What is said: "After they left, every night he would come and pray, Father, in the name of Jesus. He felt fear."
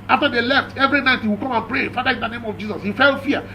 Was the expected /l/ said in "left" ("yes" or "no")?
yes